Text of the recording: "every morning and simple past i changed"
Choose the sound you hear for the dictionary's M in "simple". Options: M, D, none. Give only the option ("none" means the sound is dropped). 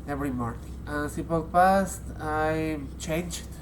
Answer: none